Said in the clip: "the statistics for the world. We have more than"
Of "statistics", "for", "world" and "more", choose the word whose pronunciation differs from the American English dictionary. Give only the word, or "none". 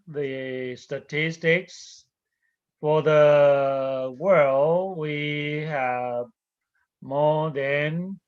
none